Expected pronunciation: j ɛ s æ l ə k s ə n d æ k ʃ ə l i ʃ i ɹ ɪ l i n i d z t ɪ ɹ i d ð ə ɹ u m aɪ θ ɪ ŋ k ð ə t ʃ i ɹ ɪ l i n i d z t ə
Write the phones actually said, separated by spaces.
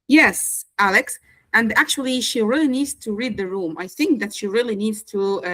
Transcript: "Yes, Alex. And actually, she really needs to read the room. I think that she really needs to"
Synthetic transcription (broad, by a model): j ɛ s æ l ə k s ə n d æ k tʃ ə l i ʃ i ɹ ɪ l i n i d z t ɪ ɹ i d ð ə ɹ u m aɪ θ ɪ ŋ k ð ə t ʃ i ɹ ɪ l i n i d z t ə